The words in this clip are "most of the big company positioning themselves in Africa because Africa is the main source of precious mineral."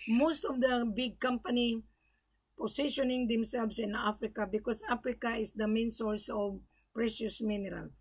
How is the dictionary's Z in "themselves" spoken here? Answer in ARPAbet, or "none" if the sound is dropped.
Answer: S